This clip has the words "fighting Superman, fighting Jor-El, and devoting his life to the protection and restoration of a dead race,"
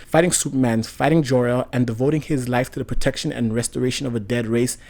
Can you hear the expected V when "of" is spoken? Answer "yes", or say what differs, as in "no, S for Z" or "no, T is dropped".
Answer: yes